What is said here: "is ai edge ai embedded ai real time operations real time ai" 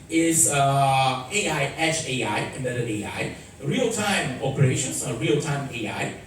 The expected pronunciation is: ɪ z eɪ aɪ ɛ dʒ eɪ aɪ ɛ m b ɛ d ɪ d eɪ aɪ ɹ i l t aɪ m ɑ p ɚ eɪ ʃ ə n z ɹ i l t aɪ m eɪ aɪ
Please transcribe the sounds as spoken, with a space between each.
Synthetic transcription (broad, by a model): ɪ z eɪ aɪ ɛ tʃ eɪ aɪ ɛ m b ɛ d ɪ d eɪ aɪ ɹ i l t aɪ m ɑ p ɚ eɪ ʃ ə n s ɹ i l t aɪ m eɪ aɪ